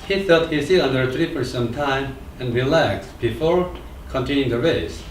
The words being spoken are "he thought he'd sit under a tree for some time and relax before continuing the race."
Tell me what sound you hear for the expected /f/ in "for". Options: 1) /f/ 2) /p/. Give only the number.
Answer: 2